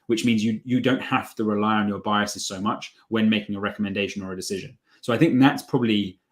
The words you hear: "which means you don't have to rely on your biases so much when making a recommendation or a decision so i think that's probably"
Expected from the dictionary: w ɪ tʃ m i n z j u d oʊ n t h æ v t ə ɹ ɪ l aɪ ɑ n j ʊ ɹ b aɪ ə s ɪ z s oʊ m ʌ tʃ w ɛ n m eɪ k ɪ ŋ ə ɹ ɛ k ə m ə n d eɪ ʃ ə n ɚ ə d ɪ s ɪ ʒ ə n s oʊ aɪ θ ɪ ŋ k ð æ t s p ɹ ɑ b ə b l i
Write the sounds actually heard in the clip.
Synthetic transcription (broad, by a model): w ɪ tʃ m i n z j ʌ d oʊ n t h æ f t ə ɹ ɪ l aɪ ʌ n j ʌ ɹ b aɪ ə s ɪ z s oʊ m ʌ tʃ w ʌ n m eɪ k ɪ ŋ ə ɹ ɛ k ə m ə n d eɪ ʃ ə n ɚ ə d ɪ s ɪ ʒ ə n s oʊ aɪ θ ɪ ŋ k ð æ t s p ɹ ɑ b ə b l i